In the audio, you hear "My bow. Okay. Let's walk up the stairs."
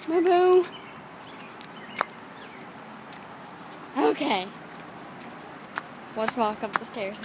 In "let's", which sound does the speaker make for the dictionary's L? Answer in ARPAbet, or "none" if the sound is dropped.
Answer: W